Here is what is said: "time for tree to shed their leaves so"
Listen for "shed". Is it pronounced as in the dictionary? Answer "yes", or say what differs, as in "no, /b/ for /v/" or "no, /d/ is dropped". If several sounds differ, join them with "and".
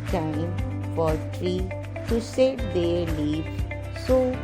no, /s/ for /ʃ/